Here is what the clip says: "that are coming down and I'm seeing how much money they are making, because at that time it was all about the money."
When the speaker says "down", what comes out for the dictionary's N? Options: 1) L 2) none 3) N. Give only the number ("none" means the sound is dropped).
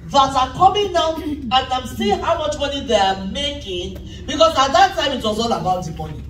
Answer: 2